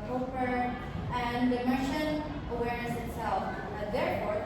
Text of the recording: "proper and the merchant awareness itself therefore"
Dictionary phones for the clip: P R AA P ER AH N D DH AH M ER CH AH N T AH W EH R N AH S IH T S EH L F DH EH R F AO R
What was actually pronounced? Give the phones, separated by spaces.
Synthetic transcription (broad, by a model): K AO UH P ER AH N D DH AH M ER SH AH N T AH W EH R AH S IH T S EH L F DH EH R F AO R